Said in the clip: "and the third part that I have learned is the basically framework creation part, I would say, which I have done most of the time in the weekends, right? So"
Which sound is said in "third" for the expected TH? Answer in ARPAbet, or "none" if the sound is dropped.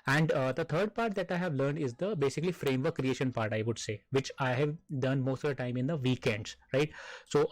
T